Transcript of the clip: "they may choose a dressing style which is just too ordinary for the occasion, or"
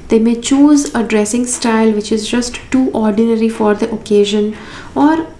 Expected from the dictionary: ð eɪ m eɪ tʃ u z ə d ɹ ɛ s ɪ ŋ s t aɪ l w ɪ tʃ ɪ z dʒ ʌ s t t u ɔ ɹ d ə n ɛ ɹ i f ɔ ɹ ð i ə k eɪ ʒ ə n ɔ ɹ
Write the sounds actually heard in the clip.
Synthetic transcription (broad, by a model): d eɪ m eɪ tʃ u z ə d ɹ ɛ s ɪ ŋ s t aɪ l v ɪ tʃ ɪ z dʒ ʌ s t t ɔ ɹ d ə n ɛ ɹ i f ɔ ɹ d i ə k eɪ ʒ ə n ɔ ɹ